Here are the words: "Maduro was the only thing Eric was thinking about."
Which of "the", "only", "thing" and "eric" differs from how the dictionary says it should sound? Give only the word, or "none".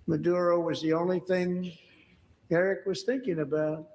none